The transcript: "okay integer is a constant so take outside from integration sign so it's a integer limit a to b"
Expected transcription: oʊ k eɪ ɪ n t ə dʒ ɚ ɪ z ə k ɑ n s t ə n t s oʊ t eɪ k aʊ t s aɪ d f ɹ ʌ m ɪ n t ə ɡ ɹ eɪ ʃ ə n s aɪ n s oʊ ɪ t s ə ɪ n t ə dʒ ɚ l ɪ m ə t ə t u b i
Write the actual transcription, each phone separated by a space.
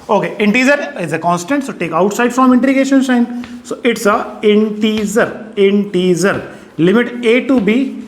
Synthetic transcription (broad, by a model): oʊ k eɪ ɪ n t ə z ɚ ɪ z ə k ɑ n s t ə n t s oʊ t eɪ k aʊ t s aɪ d f ɹ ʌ m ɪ n t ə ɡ eɪ ʃ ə n ʃ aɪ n s oʊ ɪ t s ə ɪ n t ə z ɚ l ɪ m ə t ə t u b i